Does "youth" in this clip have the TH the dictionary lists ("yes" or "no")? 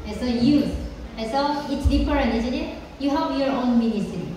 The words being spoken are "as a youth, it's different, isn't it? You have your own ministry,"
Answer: no